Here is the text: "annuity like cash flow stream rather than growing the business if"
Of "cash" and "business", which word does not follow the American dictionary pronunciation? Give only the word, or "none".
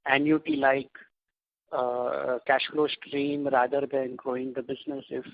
none